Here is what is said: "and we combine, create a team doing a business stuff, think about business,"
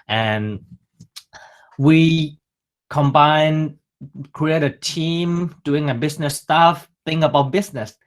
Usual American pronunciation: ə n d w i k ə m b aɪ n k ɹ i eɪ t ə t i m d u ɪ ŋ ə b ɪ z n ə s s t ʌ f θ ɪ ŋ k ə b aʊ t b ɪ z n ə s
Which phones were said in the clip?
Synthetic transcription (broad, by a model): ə n w i k ə m b aɪ n k ɹ i eɪ t ə t i m d u ɪ ŋ ə b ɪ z n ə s s t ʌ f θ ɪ ŋ ə b aʊ t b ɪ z n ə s